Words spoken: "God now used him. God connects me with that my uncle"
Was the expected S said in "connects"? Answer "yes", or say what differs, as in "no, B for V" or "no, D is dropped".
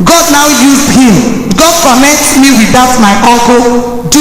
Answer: no, S is dropped